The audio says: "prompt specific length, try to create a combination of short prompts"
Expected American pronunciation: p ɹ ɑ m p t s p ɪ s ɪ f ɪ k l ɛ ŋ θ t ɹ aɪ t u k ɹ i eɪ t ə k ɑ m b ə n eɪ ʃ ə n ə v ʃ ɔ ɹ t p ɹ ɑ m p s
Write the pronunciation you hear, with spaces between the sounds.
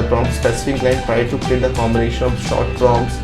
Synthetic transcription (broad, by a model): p ɹ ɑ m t s p ɪ s ɪ f ɪ k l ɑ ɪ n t ɹ aɪ t u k l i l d ə k ɑ m b ə n eɪ ʃ ə n ə v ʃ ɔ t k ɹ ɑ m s